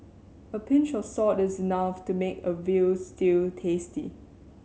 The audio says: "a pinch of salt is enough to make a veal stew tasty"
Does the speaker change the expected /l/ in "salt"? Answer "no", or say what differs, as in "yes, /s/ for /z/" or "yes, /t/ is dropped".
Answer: yes, /l/ is dropped